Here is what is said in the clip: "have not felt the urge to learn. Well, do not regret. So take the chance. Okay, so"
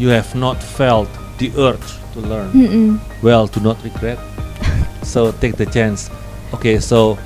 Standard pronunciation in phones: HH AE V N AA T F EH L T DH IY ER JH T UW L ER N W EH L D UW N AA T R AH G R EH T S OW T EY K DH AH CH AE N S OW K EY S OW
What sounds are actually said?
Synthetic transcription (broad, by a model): HH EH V N AA T F EH L T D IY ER CH T UW L ER N W EH L D UW N AA T R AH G R EH T S OW T EY K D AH CH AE N S OW K EY S OW